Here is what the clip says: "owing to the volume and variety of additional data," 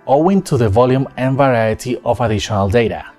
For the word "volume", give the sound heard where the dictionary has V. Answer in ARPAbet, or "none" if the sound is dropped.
V